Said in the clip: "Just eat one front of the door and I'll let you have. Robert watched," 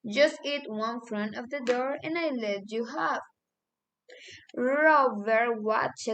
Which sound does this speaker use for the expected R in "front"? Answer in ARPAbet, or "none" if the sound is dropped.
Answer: R